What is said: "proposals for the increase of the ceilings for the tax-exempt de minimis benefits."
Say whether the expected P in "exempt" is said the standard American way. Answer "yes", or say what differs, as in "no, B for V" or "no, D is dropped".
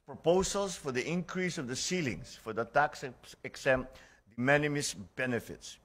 no, P is dropped